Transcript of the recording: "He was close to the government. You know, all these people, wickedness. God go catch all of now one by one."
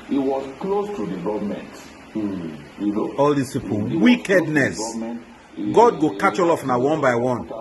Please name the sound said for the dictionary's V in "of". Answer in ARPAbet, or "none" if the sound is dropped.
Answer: F